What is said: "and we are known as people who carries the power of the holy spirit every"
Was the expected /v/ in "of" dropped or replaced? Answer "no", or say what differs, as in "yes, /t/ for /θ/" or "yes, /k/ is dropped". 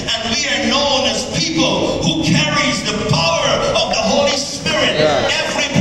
no